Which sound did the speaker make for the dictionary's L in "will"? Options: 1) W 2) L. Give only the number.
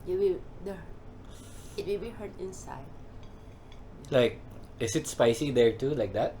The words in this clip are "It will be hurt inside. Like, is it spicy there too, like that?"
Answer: 1